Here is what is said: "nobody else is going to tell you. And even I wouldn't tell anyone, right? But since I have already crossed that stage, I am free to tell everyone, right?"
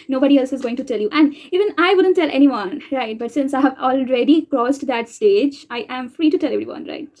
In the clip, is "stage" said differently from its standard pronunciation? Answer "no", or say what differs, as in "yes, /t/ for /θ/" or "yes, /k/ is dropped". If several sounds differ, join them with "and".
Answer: no